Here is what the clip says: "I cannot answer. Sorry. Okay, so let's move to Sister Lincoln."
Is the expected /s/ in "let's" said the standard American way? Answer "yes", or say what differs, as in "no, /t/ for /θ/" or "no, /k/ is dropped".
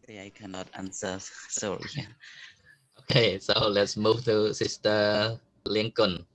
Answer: yes